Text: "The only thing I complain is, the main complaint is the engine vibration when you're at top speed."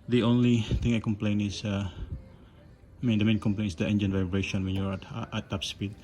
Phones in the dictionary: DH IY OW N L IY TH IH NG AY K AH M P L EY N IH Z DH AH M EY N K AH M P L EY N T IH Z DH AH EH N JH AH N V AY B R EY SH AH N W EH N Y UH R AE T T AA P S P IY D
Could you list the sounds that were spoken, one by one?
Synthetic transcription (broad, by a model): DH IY OW N L IY T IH NG AY K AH M P L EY N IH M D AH M EY N K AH M P L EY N IH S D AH EH N JH AH N V AY B R EY SH AH N W EH N Y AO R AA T T AA P S P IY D